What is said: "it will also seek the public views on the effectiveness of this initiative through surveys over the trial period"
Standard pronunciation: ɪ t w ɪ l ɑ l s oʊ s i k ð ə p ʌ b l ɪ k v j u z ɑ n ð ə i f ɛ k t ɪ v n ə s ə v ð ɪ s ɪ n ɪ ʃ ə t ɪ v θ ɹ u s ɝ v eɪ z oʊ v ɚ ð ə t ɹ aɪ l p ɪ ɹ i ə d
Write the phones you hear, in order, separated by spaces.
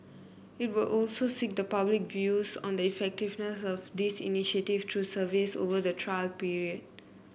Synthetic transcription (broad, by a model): ɪ t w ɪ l ɑ l s oʊ s i k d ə p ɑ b l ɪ k v j u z ɑ n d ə i f ɛ k t ɪ v n ə s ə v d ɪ s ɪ n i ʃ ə t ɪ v t ɹ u s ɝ v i s oʊ v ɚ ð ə t ɹ aɪ l p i ɹ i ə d